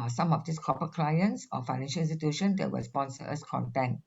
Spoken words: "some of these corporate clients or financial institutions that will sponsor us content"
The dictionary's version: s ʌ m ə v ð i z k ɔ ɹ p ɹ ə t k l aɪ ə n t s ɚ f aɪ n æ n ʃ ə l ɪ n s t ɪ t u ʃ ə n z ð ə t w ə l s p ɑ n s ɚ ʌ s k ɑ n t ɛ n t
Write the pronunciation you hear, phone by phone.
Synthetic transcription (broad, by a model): s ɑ m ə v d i s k ɔ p ə k l aɪ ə n s s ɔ f aɪ n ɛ n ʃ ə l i s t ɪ t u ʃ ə n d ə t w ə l s p ɑ n s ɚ ʌ s k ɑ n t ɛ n